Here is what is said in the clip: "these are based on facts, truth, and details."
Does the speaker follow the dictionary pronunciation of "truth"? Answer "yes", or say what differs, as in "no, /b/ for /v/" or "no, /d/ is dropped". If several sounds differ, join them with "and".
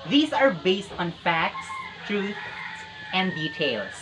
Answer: no, /s/ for /θ/